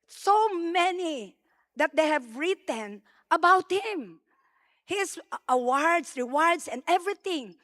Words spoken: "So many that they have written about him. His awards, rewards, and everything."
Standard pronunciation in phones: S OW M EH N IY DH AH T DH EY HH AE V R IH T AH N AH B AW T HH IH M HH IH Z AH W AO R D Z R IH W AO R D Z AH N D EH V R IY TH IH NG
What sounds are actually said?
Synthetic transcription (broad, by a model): S OW M EH N IY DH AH T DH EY HH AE V R IH T AH N AH B AW T HH IH M HH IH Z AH W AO R D S R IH W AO R D S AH N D EH V R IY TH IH NG